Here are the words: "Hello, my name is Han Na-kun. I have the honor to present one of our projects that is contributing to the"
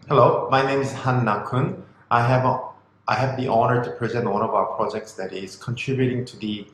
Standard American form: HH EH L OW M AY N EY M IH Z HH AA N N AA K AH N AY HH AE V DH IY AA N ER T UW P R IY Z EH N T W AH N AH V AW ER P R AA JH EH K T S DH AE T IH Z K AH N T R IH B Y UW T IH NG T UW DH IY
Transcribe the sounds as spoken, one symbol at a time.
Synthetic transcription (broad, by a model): HH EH L OW M AY N EY M IH Z HH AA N N AA K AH N AY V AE V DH IY AA N ER T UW P R IY Z EH N T W AH N AH V AW ER P R AA JH EH K T S DH AE T IH Z K AH N T R IH B Y UW T IH NG T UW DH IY